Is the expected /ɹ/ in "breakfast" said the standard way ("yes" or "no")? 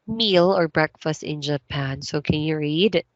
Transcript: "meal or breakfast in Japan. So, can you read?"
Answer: yes